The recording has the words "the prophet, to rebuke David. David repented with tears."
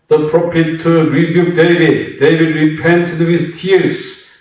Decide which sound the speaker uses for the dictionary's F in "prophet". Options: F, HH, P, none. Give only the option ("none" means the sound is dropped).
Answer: P